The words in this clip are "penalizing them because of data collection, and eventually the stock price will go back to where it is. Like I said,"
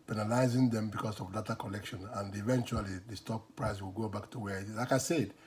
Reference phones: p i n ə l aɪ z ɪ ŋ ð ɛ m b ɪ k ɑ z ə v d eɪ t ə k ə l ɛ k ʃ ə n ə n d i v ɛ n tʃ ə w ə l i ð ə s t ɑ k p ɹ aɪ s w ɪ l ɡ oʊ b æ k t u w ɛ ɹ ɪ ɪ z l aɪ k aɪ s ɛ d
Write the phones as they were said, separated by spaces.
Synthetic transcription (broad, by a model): p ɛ n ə l aɪ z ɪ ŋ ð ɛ m b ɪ k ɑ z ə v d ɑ t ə k ə l ɛ k ʃ ə n ə n d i v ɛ n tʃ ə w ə l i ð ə s t ɑ k p ɹ aɪ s w ɪ l ɡ oʊ b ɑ k t u w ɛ l ɪ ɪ k aɪ s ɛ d